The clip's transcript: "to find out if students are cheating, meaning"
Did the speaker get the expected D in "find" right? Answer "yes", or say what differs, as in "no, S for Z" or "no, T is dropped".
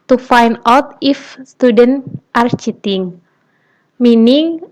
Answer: no, D is dropped